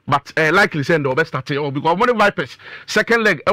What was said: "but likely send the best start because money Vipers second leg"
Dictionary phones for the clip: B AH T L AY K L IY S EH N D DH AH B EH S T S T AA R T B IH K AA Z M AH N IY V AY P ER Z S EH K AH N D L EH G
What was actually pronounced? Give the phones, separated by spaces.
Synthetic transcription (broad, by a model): B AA T L AY K L IY S EH N D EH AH B EH S T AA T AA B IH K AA M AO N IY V AY P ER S S EH K AH N D L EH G